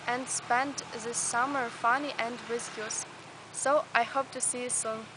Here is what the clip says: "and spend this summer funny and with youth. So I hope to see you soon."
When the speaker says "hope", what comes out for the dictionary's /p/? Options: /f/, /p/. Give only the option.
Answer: /p/